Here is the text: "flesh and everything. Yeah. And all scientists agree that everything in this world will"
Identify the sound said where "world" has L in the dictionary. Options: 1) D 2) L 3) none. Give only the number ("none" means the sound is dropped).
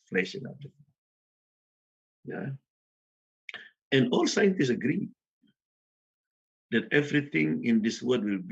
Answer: 3